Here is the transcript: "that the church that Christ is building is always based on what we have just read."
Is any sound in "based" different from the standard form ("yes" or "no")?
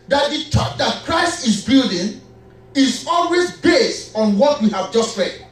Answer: no